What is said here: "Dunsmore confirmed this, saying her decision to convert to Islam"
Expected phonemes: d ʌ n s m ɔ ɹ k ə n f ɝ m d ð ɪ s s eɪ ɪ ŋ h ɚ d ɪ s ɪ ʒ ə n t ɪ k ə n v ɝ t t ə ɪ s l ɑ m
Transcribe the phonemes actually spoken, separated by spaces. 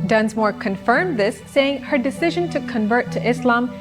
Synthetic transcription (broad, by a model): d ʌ n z m ɔ ɹ k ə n f ɝ m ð ɪ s s eɪ ɪ ŋ h ɚ d ɪ s ɪ ʒ ə n t ɪ k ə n v ɝ t t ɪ s l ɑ m